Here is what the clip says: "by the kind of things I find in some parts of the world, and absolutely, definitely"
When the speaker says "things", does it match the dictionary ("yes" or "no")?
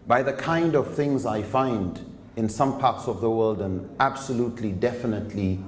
yes